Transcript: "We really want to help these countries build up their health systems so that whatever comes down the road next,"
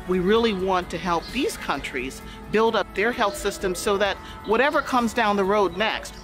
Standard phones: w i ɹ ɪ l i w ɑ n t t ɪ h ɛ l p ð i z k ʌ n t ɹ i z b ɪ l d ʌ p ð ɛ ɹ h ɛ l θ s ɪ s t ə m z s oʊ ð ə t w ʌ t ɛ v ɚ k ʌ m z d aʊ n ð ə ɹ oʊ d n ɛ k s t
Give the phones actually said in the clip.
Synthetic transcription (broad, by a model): w i ɹ ɪ l i w ɑ n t t ɪ h ɛ l p ð i z k ʌ n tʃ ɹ i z b ɪ l d ʌ p ð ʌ ɹ h ɛ l θ s ɪ s t ə m z s oʊ ð ə t w ʌ t ɛ v ɚ k ʌ m z d aʊ n ð ə ɹ oʊ d n ɛ k s t